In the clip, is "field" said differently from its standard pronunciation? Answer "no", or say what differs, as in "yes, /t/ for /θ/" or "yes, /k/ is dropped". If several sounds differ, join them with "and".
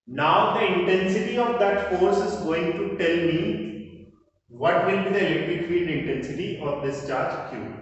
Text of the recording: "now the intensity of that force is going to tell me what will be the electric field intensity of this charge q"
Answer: yes, /n/ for /l/